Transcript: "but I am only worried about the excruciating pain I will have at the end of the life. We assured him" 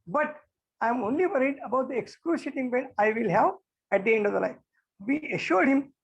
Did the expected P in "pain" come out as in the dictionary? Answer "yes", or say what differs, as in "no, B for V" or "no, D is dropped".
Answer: no, B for P